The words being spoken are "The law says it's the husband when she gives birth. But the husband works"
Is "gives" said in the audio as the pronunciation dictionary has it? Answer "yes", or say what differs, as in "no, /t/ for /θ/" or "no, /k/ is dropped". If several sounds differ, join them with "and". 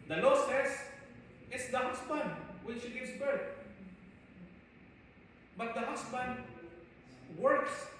no, /s/ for /z/